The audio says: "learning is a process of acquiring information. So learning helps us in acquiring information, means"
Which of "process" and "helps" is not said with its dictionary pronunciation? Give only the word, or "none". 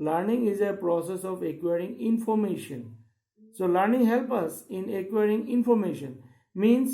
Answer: helps